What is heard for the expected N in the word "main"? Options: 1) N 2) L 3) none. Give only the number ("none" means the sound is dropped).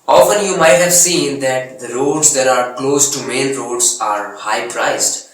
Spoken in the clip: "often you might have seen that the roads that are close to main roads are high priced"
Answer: 2